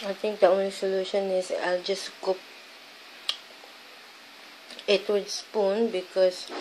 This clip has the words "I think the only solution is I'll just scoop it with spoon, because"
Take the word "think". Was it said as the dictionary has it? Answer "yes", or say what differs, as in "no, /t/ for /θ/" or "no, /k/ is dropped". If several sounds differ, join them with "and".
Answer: no, /t/ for /θ/